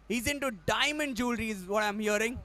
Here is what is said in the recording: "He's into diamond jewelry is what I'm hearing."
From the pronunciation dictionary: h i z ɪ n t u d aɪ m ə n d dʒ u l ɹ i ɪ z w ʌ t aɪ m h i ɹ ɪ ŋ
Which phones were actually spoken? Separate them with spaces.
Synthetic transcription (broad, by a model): h i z ɪ n t u d aɪ m ə n d dʒ u l ɹ i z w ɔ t aɪ m h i ɹ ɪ ŋ